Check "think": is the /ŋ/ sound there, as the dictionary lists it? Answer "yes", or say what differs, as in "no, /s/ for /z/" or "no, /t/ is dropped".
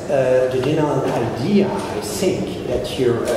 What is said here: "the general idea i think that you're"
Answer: yes